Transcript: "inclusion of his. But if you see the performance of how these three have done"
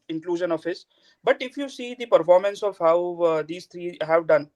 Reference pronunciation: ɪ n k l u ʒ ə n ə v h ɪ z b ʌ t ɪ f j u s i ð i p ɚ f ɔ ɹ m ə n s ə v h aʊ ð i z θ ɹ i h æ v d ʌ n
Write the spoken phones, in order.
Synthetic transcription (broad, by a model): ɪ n k l u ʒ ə n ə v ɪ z b ʌ t ɪ f j u s i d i p ɚ f ɔ ɹ m ə n s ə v h aʊ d i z t ɹ i h æ v d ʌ n